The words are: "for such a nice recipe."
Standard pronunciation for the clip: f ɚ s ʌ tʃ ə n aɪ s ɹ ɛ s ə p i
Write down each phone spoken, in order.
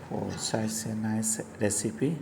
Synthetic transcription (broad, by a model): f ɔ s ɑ s ə n aɪ s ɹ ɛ s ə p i